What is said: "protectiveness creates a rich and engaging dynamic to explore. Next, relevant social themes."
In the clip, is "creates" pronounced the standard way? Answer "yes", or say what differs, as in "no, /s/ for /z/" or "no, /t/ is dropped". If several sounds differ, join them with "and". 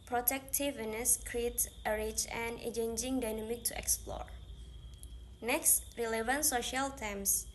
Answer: no, /s/ is dropped